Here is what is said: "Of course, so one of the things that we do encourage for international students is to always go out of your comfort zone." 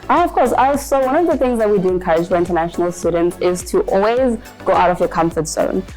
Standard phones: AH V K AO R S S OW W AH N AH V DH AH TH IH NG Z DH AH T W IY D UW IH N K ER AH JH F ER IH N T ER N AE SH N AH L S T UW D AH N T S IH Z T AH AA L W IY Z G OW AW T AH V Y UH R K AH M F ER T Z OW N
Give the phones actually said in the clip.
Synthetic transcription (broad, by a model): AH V K AO R S S OW W AH N AH V DH AH TH IH NG Z DH AH T W IY D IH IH N K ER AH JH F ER IH N T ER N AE SH N L S T UW D N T S IH Z T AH AA L W IY Z G OW AW T AH V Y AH K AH M F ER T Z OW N